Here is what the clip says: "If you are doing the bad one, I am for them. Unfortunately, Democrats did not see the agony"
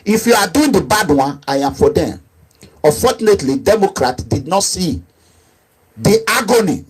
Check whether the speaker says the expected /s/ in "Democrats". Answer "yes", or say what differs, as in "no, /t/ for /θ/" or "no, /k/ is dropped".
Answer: no, /s/ is dropped